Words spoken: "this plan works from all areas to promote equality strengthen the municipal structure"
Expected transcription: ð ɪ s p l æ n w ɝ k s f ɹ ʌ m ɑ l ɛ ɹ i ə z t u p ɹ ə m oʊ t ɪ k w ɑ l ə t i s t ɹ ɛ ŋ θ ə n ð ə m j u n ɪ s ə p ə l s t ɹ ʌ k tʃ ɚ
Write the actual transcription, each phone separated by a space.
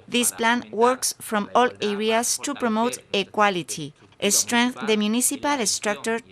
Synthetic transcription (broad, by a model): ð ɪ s p l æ n w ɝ k s f ɹ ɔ m ɑ l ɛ ɹ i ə s t u p ɹ ə m oʊ t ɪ k w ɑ l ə t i s t ɹ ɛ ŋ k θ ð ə m j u n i s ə p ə l s t ɹ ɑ k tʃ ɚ